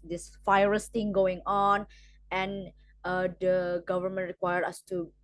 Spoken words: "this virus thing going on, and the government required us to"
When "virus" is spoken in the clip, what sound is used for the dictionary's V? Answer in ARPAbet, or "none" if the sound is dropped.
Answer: F